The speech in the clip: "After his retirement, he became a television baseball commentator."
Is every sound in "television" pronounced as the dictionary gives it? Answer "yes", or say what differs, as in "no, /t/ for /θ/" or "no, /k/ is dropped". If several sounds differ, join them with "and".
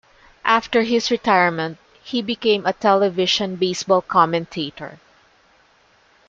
no, /ʃ/ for /ʒ/